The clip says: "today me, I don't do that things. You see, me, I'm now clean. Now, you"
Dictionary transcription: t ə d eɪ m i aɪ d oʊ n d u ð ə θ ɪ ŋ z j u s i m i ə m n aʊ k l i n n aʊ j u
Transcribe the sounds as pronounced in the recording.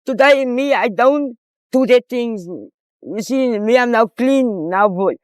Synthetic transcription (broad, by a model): t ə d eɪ m i aɪ d oʊ n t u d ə t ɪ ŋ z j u s i m i ə m n aʊ k l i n n aʊ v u